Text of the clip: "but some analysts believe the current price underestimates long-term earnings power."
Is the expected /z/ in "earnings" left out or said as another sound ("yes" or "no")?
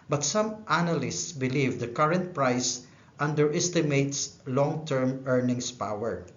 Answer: yes